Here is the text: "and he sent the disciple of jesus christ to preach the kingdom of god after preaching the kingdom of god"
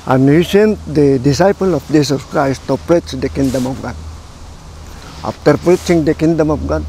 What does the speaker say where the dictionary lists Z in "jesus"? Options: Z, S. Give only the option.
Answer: S